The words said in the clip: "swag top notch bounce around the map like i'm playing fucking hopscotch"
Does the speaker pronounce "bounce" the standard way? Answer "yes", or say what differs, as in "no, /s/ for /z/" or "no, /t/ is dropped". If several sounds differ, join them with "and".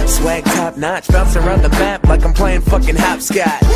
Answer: no, /l/ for /n/